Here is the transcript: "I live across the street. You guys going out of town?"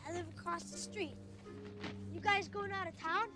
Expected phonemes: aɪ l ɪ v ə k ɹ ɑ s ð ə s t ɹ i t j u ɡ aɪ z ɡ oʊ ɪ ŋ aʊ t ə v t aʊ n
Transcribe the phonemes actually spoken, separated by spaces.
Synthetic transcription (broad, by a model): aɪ l ɪ v ə k ɹ ɑ s ð ə s t ɹ i t j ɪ ɡ aɪ z ɡ oʊ ɪ ŋ aʊ t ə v t aʊ n